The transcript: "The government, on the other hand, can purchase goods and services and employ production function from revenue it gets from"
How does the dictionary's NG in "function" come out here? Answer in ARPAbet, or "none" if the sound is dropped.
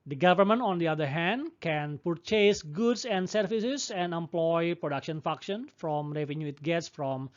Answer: none